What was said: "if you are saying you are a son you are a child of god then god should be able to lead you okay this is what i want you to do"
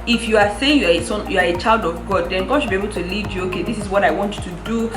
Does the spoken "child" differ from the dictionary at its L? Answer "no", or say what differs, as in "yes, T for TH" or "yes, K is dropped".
no